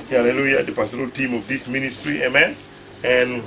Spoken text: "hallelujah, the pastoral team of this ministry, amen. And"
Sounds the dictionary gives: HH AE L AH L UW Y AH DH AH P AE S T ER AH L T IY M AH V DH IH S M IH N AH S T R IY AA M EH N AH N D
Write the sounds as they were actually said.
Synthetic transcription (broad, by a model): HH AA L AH L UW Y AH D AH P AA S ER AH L T IY M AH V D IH S M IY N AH S T R IY AA M EH N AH N